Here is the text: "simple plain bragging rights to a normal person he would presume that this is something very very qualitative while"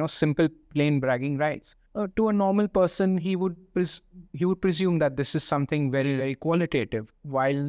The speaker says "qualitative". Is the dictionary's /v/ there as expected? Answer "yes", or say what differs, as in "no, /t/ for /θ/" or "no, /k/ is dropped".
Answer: yes